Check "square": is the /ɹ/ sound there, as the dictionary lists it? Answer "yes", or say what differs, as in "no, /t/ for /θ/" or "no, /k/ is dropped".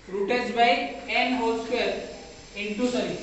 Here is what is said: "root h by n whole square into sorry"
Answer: no, /l/ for /ɹ/